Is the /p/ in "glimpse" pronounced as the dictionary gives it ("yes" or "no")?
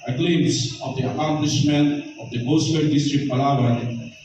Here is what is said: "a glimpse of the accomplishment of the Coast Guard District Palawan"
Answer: no